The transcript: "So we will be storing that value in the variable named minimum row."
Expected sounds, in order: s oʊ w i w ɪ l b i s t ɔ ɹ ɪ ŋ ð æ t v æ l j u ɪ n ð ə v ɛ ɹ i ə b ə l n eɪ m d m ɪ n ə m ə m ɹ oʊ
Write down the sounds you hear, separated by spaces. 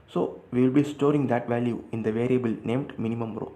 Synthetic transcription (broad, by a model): s oʊ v i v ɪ l b i s t ɔ ɹ ɪ ŋ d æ t v æ l j u ɪ n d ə v ɛ ɹ i ə b ə l n eɪ m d m ɪ n ə m ə m ɹ oʊ